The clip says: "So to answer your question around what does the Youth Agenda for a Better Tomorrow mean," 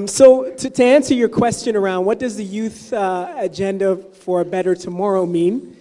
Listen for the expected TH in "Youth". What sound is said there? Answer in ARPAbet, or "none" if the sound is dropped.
TH